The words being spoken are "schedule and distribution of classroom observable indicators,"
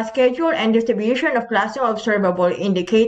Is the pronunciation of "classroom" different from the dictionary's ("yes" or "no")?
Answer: yes